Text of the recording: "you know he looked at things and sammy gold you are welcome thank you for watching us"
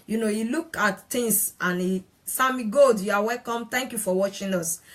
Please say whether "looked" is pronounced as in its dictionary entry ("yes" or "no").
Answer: no